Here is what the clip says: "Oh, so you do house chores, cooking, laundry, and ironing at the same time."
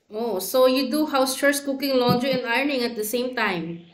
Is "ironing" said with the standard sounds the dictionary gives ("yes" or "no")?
yes